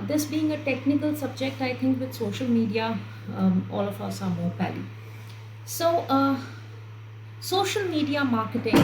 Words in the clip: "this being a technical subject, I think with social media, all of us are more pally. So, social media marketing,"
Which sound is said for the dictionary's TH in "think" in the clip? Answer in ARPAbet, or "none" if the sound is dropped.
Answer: T